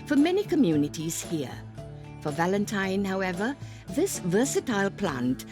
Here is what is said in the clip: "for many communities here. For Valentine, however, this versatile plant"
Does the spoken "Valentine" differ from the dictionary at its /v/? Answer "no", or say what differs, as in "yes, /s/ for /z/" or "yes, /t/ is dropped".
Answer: no